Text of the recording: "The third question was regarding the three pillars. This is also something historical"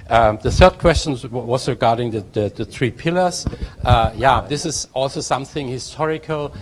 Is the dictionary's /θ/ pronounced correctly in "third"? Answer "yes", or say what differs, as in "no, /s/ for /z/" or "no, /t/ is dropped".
yes